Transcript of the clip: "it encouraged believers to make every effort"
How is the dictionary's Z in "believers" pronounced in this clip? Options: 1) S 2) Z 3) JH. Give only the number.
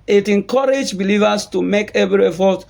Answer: 1